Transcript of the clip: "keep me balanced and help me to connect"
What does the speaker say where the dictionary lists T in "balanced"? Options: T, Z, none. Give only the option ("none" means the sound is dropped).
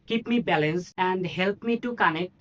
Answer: none